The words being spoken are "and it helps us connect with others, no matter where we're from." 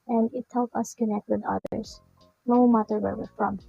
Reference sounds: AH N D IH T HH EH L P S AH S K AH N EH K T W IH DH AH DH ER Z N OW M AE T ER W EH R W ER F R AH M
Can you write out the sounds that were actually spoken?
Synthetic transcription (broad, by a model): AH N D IH T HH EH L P AH S K AH N EH K T W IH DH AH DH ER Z N OW M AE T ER W EH R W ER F R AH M